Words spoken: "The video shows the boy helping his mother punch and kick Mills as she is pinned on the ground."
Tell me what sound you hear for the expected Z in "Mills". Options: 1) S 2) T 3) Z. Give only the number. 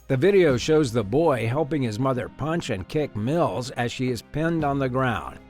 3